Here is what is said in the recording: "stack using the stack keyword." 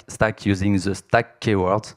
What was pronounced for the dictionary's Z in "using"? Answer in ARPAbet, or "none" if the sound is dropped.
Z